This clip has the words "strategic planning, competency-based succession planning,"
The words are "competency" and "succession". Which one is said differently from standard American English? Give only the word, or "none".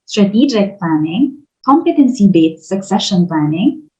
none